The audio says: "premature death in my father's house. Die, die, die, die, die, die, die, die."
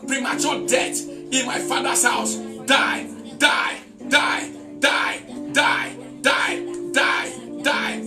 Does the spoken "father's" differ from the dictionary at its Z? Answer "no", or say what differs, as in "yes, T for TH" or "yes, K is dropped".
yes, S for Z